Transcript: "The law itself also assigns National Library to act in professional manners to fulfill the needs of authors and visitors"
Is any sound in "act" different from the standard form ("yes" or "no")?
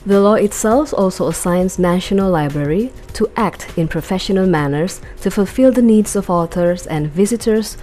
no